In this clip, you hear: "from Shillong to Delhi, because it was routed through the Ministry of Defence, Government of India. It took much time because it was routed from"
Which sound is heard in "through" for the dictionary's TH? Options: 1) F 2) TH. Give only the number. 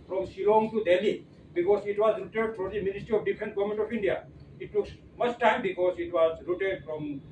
1